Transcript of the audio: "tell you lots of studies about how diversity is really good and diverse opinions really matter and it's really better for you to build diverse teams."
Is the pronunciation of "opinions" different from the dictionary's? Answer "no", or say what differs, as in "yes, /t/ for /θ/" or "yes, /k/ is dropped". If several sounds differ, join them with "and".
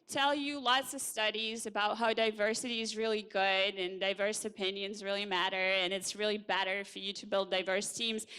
no